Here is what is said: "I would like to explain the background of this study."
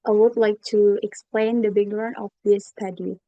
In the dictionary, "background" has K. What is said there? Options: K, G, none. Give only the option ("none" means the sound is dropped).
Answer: none